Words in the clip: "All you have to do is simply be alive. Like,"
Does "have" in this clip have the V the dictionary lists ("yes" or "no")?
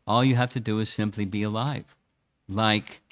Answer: no